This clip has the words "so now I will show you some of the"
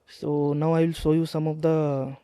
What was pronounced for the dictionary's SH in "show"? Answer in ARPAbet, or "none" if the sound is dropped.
S